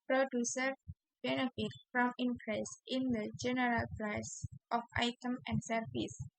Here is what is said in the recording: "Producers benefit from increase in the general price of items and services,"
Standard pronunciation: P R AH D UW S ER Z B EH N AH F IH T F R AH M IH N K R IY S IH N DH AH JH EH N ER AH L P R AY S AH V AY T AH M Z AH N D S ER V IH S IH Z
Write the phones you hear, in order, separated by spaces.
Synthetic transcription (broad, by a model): P R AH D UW S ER B EH N AH F IH T F R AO M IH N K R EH S IH N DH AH JH EH N ER AH L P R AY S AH F AY T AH M AH N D S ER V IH S